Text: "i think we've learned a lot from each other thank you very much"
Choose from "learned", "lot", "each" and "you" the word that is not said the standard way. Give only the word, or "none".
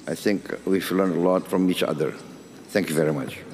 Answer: learned